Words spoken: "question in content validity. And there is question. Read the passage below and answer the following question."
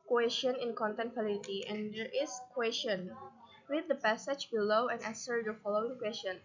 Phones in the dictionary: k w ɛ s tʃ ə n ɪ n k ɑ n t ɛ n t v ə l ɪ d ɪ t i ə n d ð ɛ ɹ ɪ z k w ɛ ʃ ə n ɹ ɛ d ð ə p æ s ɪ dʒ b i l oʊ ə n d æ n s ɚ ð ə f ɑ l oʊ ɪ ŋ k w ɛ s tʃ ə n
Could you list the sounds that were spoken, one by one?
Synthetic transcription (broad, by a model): k w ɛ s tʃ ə n ɪ n k ɑ n t ɛ n t f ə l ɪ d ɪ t i ə n d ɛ ɹ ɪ s k w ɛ s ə n w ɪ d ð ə p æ s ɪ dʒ b i l oʊ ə n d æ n s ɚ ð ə f ɑ l oʊ ɪ ŋ k w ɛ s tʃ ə n